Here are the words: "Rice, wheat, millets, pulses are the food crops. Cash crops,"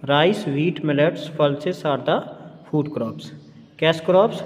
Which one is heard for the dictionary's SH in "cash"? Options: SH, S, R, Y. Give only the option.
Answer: S